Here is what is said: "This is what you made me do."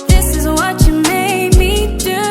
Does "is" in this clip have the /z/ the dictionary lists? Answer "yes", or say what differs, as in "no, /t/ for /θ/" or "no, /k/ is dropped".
yes